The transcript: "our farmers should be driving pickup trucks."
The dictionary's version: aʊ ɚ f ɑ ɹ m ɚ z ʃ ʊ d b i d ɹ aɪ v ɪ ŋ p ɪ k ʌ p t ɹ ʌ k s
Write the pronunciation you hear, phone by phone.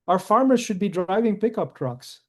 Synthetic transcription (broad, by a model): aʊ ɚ f ɑ ɹ m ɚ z ʃ ʊ d b i d ɹ aɪ v ɪ ŋ p ɪ k ʌ p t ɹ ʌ k s